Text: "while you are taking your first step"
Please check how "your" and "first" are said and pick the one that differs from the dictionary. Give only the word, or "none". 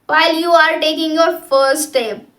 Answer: first